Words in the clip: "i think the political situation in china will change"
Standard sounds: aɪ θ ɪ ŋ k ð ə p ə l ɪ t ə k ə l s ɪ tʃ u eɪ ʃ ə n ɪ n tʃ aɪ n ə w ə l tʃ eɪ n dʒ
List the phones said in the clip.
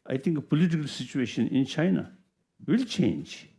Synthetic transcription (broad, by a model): aɪ t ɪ ŋ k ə p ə l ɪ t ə k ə l s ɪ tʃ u eɪ ʃ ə n ɪ n tʃ aɪ n ə w ə l tʃ eɪ n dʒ